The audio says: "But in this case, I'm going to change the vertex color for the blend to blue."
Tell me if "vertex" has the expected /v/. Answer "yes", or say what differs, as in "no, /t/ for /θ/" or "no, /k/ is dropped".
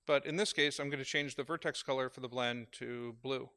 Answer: yes